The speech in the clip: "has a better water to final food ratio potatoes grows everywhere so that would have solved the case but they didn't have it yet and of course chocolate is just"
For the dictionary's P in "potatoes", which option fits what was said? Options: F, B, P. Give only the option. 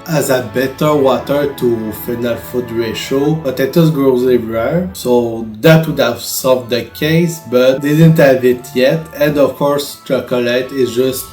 B